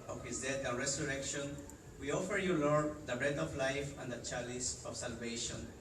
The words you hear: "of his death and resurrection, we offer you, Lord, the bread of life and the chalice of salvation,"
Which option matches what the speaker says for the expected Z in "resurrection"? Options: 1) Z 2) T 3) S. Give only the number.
3